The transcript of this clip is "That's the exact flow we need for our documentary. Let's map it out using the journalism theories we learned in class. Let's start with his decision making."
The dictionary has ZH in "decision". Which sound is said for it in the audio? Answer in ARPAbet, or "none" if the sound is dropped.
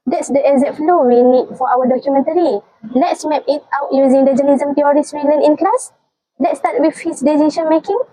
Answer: SH